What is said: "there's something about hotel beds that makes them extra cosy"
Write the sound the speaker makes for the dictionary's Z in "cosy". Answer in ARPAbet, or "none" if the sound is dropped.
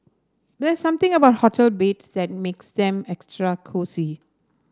S